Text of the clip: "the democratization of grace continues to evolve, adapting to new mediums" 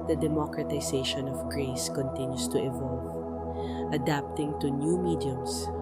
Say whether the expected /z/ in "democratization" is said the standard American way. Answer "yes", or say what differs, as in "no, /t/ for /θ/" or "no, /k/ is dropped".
no, /s/ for /z/